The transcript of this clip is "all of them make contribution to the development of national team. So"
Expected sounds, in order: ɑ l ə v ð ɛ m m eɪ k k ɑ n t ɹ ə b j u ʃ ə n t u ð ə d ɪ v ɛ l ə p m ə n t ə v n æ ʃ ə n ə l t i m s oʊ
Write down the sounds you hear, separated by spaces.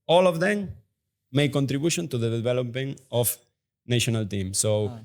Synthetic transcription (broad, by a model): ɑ l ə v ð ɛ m m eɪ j k ɑ n t ɹ ə b j u ʃ ə n t u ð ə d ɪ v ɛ l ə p ə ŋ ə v n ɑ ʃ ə n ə l t i m s oʊ